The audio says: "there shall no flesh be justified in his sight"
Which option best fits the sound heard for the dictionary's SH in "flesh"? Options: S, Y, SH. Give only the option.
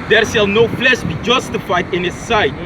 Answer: S